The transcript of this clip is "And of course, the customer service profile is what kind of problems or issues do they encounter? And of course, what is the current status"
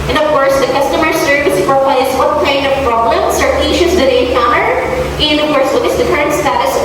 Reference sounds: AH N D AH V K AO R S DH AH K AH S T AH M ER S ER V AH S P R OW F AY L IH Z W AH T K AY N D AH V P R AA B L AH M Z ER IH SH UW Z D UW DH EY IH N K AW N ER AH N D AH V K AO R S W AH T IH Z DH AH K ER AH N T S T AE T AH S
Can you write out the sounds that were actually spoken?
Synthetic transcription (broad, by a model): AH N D AH V K AO R S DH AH K AH S T AH M ER S ER V AH S F R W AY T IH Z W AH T K AY N D AH V P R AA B L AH M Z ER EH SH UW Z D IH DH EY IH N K AW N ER AH N D AH V K AO R S W AH T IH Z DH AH K ER AH N T S T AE T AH S